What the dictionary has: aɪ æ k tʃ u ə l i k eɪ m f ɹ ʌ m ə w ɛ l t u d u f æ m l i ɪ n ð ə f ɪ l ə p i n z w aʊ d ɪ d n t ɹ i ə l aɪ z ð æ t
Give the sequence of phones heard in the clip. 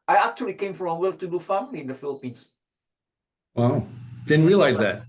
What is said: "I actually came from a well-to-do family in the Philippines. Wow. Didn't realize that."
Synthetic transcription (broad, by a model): aɪ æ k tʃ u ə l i k eɪ m f ɹ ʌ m ə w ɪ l t u d u f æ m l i ɪ n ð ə f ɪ l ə p i n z w aʊ d ɪ d n t ɹ i ə l aɪ z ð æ t